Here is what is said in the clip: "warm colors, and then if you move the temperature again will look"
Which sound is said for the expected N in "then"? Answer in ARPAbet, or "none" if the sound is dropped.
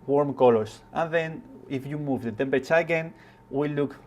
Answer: N